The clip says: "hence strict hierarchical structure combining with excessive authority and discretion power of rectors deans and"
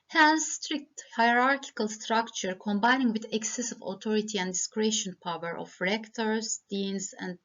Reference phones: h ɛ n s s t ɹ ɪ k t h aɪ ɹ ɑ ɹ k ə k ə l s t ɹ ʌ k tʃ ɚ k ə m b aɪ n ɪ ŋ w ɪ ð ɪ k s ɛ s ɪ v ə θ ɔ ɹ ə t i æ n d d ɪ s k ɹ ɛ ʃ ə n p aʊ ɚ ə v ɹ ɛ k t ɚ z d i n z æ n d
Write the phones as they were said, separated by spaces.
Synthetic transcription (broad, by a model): h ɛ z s s t ɹ ɪ k t h aɪ ɹ ɑ ɹ k ə k ə l s t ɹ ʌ k tʃ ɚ k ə m b aɪ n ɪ ŋ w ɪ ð ɪ k s ɛ s ɪ v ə t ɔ ɹ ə t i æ n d d ɪ s k ɹ ɛ ʃ ə n p aʊ ɚ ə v ɹ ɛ k t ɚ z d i n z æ n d